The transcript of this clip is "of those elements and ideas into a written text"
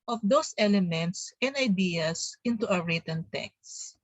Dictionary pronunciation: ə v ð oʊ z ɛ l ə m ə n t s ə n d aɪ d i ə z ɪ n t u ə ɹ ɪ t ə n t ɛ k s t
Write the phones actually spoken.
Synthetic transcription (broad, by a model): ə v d oʊ s ɛ l ə m ə n t s ə n d aɪ d i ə s ɪ n t u ə ɹ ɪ t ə n t ɛ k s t